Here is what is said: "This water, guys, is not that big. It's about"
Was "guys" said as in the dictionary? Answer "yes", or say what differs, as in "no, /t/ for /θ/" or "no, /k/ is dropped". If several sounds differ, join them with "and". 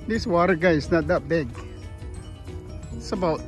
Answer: no, /z/ is dropped